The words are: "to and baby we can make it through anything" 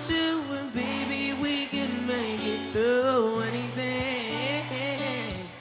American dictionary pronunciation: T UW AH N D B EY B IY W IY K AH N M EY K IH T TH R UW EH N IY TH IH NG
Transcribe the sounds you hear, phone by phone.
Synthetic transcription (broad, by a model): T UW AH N B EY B IY W IY K AH N M EY K IH T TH UW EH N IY TH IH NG